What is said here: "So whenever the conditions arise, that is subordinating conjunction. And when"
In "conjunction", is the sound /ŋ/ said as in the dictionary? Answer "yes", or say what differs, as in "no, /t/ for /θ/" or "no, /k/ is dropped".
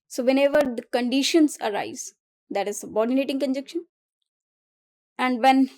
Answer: no, /ŋ/ is dropped